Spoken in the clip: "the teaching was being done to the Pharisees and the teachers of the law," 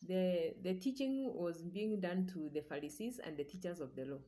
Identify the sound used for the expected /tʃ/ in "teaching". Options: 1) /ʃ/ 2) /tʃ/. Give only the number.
2